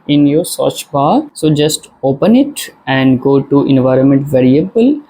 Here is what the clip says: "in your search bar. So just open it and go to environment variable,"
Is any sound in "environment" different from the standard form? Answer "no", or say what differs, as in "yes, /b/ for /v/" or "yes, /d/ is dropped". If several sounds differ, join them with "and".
no